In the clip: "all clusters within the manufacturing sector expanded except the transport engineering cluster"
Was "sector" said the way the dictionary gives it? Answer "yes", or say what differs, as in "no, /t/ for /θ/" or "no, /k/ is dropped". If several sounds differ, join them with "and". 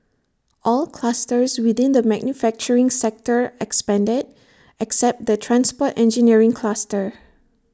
yes